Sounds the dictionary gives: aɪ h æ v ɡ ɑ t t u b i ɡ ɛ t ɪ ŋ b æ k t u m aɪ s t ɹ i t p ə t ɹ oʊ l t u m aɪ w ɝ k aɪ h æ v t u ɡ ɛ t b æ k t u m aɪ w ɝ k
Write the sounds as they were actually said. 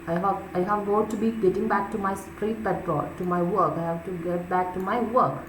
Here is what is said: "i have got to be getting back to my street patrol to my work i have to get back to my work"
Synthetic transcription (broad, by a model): aɪ h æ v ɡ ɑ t t u b i ɡ ɛ t ɪ ŋ b æ k t u m aɪ s t ɹ i t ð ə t oʊ t u m aɪ w ɝ k aɪ h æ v t u ɡ ɛ t b æ k t u m aɪ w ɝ k